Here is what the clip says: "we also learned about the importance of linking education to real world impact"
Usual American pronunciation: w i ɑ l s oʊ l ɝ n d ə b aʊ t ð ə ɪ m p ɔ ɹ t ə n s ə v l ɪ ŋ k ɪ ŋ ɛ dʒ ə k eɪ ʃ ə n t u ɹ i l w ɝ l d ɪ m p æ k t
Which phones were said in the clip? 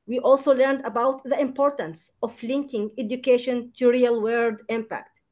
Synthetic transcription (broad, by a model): w i ɑ l s oʊ l ɝ n d ə b aʊ t ð ə ɪ m p ɔ ɹ t ə n s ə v l ɪ ŋ k ɪ ŋ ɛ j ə k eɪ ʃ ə n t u ɹ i l w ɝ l d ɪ m p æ k t